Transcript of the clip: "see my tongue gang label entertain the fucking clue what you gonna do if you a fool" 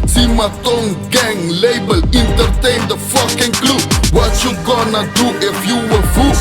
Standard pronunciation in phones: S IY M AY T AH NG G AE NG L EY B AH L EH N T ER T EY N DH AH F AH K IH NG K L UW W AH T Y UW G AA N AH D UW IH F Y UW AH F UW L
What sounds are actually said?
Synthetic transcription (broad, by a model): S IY M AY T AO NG G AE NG L EY B AH L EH N T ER T EY N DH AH F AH K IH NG K L UW W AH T Y UW G AA N AH D UW IH F Y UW AH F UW